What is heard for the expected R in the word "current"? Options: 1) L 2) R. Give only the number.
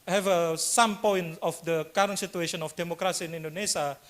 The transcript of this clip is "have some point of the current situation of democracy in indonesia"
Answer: 2